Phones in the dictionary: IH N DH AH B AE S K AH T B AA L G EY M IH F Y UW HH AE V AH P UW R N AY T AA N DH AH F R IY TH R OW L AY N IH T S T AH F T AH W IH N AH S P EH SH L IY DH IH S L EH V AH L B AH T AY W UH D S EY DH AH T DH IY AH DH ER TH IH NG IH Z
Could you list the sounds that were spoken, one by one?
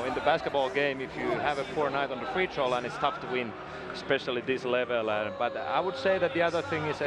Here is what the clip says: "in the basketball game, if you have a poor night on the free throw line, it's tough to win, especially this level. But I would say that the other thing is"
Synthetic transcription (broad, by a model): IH N DH AH B AE S K AH T B AA L G EY M IH F Y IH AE V AH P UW R N AY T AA N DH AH F R IY T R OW L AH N IH T S T AH F T AH W IH N S P EH SH L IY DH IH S L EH V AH L B AH T AY W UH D S EY DH AH T DH IY AH DH ER TH IH NG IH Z